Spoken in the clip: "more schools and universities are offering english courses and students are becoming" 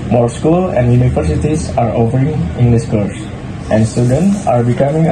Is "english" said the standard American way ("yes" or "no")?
no